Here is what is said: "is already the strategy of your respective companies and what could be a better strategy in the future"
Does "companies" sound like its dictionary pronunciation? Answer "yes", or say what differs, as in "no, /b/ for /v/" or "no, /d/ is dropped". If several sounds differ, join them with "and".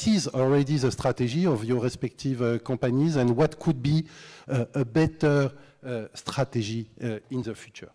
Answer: no, /m/ is dropped